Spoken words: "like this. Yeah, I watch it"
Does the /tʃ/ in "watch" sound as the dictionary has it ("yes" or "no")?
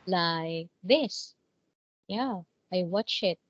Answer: yes